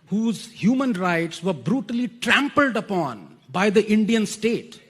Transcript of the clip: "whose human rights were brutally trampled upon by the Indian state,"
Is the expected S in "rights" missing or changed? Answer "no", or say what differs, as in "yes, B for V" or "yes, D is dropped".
no